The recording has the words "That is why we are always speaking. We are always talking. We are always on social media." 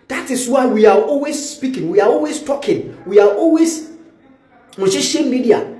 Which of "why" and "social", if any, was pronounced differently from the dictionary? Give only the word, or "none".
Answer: social